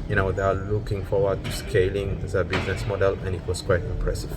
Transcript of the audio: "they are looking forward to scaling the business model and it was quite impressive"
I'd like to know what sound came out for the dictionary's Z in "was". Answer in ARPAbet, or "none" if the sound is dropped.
S